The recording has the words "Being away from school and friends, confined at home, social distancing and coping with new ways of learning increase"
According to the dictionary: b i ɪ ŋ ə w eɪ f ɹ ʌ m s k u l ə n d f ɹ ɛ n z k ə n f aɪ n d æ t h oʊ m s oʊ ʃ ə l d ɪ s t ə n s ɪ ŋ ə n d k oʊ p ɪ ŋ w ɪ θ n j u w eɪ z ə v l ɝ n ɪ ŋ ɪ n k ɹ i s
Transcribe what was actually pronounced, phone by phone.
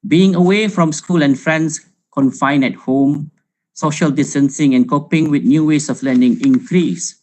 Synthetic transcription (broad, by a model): b i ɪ ŋ ə w eɪ f ɹ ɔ m s k u l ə n f ɹ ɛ n s k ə n f aɪ n ɛ t h oʊ m s oʊ ʃ ə l d ɪ s t ə n s ɪ ŋ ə n k oʊ p ɪ ŋ w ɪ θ n j u w eɪ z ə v l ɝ n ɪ ŋ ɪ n k ɹ i s